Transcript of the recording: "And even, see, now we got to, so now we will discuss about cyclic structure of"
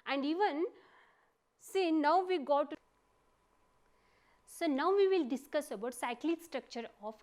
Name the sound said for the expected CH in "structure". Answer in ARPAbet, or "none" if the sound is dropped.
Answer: CH